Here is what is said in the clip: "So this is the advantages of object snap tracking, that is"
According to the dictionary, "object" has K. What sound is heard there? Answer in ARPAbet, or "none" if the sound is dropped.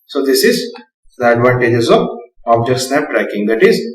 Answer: none